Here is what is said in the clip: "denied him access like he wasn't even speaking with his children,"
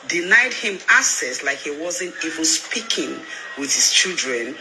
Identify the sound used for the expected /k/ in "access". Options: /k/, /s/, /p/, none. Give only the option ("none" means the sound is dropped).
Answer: none